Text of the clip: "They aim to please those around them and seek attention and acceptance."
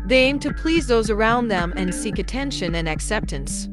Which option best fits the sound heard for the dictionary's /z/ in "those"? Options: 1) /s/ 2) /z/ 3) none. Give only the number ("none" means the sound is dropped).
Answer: 2